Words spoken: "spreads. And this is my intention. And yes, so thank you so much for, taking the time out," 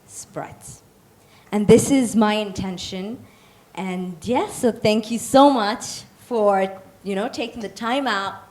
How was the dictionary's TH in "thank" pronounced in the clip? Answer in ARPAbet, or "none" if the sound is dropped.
TH